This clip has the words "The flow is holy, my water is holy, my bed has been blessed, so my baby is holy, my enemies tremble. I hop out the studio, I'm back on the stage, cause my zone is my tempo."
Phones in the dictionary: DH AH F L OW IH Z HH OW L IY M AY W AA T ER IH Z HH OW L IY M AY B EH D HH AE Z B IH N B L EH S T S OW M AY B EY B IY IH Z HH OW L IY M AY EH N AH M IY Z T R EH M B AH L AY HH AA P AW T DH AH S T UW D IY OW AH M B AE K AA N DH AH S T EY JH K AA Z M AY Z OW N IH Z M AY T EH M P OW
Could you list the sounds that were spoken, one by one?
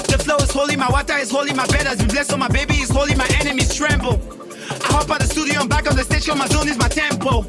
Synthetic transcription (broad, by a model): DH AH F L OW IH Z HH OW L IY M AY W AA T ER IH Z HH OW L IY M AY B EH D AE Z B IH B L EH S S OW M AY B EY B IY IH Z HH OW L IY M AY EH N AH M IY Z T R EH M B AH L AY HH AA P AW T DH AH S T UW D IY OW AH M B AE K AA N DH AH S T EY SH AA M AY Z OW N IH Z M AY T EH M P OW